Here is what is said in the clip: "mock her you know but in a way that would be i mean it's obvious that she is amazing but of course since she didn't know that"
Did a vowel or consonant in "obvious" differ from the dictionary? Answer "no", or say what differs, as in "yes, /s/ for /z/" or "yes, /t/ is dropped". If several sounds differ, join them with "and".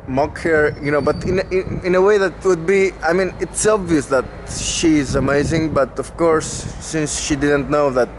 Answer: no